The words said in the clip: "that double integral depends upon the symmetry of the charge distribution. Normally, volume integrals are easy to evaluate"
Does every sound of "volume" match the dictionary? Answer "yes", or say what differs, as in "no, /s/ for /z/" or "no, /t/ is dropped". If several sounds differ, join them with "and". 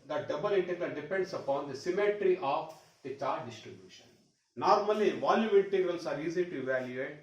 no, /m/ is dropped